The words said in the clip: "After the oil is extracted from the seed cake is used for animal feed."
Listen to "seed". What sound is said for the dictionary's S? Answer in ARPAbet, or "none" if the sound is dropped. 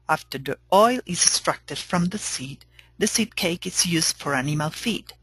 S